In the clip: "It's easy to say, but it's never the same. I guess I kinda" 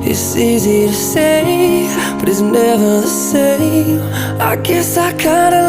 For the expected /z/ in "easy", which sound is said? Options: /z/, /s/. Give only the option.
/z/